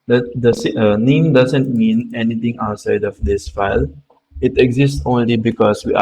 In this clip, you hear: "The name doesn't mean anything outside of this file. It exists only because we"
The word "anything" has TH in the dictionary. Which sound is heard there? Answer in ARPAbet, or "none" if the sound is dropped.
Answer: T